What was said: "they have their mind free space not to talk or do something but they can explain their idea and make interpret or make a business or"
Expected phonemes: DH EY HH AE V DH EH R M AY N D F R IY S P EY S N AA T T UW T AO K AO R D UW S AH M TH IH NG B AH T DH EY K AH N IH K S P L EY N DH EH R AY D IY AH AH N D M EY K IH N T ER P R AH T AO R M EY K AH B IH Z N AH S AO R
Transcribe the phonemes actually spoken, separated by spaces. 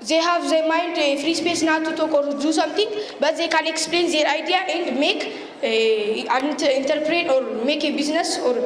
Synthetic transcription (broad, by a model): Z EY HH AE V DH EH M AY N D F R IY S P EY S N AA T T UW T AO K AO R D UW S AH M T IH NG B AH T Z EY K AH N IH K S P L EY N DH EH R AY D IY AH AH N D M EY K IH N T ER P R AH T AO R M EY K AH B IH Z N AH S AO R